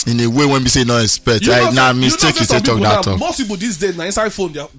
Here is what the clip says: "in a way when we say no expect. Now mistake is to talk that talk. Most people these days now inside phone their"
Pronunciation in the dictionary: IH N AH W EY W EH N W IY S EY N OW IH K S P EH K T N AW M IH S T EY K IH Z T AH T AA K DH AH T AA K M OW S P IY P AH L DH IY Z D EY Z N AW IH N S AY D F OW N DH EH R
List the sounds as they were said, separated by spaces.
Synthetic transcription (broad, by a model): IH N AH W EY W EH N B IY S EY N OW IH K S P EH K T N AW M IH S T EY K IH S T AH T AA K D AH T AA K M OW S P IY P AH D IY S D EY N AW IH N S AY D F OW N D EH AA